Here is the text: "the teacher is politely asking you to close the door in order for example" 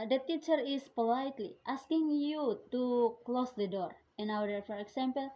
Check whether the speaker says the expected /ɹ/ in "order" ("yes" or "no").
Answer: no